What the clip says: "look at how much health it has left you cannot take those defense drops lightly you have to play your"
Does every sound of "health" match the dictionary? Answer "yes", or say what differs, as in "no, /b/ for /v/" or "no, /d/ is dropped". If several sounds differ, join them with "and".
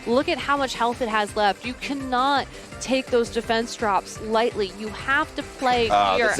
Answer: yes